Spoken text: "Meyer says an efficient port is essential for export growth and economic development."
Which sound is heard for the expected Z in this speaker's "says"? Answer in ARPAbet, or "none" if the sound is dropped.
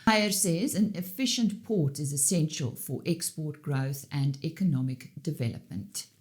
Z